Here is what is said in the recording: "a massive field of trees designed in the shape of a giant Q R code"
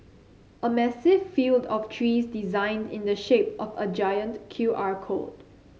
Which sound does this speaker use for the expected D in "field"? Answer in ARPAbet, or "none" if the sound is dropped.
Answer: D